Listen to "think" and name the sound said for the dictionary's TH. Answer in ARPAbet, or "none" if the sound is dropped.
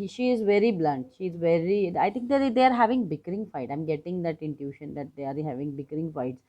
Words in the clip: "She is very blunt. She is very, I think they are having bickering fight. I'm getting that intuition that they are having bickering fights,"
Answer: T